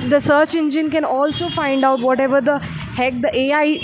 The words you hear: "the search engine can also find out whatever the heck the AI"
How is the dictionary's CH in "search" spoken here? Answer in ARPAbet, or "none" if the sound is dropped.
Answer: CH